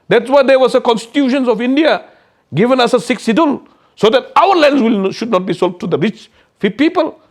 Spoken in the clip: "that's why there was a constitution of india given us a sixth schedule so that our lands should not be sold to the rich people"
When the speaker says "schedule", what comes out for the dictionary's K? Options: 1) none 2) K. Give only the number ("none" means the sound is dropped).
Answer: 1